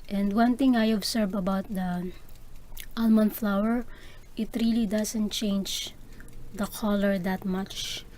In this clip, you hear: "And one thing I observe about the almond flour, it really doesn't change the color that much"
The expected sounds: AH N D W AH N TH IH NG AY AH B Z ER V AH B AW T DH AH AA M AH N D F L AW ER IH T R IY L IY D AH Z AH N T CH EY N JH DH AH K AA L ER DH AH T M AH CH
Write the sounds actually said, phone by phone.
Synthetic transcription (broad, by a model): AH N D W AH N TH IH NG AY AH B S ER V AH B AW T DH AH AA M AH N F L AW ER IH T R IY L IY D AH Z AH N T CH EY N JH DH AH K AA L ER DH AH T M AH CH